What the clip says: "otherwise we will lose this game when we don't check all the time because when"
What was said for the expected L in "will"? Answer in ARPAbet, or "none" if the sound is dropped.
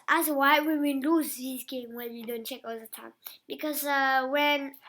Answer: N